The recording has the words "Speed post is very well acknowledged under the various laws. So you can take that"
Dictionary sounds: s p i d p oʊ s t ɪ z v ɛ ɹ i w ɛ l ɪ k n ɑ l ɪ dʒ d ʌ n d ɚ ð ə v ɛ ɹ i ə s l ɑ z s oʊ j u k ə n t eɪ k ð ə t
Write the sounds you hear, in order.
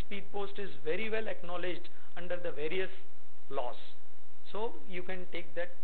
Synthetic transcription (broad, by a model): s p i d p oʊ s t ɪ z v ɛ ɹ i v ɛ l ɪ k n ɑ l ɪ dʒ d ʌ n d ɚ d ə v ɛ ɹ i ə s l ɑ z s oʊ j u k ə n t eɪ k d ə t